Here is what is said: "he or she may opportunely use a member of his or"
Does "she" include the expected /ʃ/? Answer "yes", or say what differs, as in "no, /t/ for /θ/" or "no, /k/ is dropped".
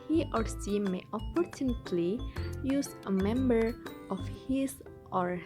no, /s/ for /ʃ/